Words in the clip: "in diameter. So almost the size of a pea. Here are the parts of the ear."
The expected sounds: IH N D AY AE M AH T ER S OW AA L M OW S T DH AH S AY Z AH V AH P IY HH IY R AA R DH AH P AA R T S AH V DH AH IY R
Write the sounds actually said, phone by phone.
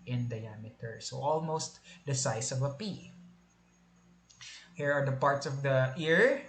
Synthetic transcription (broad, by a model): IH N D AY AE M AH T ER S OW AA L M OW S T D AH S AY S AH V AH P IY HH IY R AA R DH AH P AA R T S AH V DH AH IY R